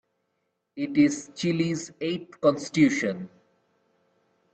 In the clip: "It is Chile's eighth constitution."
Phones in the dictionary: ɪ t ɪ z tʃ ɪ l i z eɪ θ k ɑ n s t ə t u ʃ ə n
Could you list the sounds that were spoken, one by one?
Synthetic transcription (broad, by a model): ɪ t ɪ z tʃ ɪ l i z eɪ t k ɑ n s t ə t u ʃ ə n